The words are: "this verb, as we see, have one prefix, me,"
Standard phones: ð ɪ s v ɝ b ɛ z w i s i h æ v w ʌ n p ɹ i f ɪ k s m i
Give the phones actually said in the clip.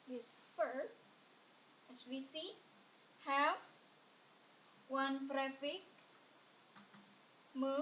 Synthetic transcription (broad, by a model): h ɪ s f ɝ ɛ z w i s i h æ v w ʌ n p ɹ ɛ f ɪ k m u